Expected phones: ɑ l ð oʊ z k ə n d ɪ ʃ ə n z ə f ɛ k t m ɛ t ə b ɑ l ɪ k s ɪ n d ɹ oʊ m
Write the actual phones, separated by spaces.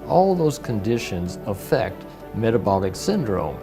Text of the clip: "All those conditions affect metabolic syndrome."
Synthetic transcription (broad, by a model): ɑ l ð oʊ z k ə n d ɪ ʃ ə n z ə f ɛ k t m ɛ t ə b ɑ l ɪ k s ɪ n d ɹ oʊ m